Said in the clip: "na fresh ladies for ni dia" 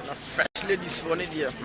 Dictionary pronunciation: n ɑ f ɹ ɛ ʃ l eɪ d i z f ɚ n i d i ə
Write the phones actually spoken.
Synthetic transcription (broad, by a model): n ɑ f ɛ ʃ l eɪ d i s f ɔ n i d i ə